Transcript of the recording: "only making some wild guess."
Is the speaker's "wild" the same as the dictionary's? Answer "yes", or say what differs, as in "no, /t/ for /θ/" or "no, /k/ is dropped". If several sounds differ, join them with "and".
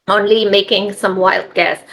yes